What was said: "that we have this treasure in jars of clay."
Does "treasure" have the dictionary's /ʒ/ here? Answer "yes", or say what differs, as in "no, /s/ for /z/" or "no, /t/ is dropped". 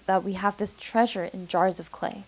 yes